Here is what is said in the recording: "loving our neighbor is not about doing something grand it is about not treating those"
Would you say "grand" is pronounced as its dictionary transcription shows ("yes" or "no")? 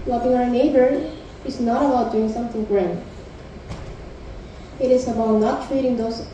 no